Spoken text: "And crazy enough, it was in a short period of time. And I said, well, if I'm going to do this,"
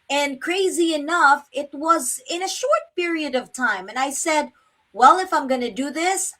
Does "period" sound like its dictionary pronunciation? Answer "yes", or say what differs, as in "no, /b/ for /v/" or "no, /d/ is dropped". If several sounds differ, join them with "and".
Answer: yes